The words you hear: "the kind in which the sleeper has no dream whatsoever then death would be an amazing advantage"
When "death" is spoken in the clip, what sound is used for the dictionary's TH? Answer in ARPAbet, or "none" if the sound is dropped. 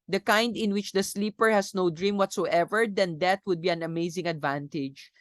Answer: T